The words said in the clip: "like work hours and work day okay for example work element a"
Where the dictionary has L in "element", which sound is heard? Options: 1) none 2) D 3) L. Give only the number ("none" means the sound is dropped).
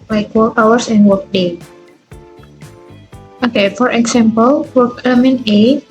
1